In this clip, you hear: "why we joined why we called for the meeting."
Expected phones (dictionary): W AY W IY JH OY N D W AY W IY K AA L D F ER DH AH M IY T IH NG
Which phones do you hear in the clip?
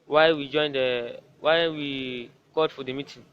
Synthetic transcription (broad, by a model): W AY W IY JH OY N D W AY W IY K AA D F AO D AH M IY T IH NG